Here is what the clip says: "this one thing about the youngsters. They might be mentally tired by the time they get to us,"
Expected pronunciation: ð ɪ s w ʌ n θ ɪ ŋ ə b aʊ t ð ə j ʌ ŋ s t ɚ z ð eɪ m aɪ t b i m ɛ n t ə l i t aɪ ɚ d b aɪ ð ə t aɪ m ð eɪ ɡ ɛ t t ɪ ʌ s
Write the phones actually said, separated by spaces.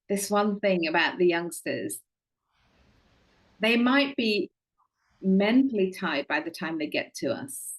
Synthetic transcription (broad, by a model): ð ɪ s w ʌ n θ ɪ ŋ ə b aʊ t ð ə j ʌ ŋ s t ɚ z ð eɪ m aɪ t b i m ɛ n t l i t aɪ d b aɪ ð ə t aɪ m ð eɪ ɡ ɛ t t ɪ ʌ s